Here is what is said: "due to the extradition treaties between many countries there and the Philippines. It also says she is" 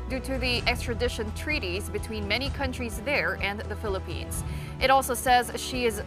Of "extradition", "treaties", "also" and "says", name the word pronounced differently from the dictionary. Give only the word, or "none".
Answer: none